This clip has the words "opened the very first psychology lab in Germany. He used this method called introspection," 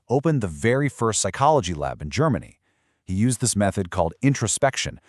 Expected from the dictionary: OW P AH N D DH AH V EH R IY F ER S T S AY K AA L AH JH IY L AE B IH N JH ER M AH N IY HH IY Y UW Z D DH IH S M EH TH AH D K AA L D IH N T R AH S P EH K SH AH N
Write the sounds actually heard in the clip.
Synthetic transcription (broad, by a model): OW P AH N DH AH V EH R IY F ER S T S AY K AA L AH JH IY L AE B IH N JH ER M AH N IY HH IY Y UW Z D DH IH S M EH TH AH D K AA L D IH N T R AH S P EH K SH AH N